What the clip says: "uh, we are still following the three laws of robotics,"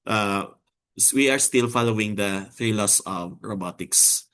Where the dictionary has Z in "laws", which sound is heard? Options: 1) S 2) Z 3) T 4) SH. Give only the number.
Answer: 1